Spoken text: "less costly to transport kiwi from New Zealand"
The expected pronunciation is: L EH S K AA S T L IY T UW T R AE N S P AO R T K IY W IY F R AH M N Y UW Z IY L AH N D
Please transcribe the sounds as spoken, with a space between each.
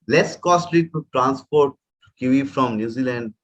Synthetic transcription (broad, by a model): L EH S K AA S T L IY T UW T R AE N S P AO R T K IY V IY F R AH M N Y UW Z IY L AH N D